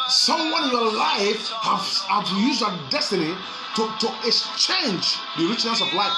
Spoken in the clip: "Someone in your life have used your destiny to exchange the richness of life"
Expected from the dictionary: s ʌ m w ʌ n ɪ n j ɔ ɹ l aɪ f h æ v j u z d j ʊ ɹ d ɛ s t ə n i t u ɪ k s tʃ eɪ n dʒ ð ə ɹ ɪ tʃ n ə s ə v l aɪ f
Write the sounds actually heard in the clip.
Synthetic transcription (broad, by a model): s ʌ m w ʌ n ɪ n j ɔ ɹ l aɪ f h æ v j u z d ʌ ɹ d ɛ s t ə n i t u ɪ k s tʃ eɪ n dʒ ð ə ɹ ɪ tʃ n ə s ə v l aɪ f